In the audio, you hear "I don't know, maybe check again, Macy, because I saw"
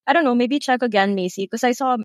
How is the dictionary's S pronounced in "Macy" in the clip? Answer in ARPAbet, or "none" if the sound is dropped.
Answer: none